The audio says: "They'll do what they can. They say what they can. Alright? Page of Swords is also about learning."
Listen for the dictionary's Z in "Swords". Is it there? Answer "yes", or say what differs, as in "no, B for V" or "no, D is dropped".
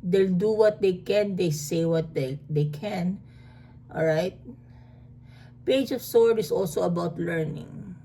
no, Z is dropped